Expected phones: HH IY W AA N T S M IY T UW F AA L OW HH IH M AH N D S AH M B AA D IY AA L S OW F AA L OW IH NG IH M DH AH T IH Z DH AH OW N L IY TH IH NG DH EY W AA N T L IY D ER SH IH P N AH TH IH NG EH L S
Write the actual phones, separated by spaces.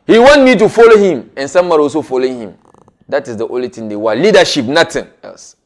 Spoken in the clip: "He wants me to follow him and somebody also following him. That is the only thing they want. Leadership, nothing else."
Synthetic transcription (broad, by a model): HH IY W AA N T M IY T UW F AA L OW HH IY M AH N S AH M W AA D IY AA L S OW F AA L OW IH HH IH M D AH T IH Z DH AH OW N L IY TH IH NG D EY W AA L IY D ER SH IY P N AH T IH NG EH L S